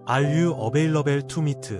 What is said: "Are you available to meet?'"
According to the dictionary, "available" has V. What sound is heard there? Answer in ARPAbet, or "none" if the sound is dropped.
B